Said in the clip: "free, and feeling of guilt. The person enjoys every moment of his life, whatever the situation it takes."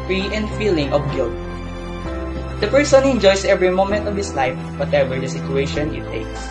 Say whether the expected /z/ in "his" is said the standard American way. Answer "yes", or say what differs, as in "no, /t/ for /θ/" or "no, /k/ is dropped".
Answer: no, /s/ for /z/